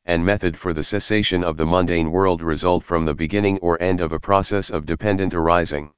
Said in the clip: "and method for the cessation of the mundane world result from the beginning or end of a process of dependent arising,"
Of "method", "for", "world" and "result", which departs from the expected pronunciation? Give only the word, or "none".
none